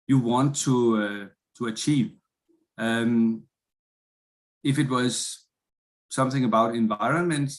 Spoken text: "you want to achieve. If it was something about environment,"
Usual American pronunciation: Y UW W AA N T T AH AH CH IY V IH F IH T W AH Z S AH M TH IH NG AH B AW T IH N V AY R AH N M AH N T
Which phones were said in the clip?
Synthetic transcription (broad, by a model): Y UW W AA N T T AH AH CH IY V IH F IH T W AH Z S AH M TH IH NG AH B AW T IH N V AY R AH N M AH N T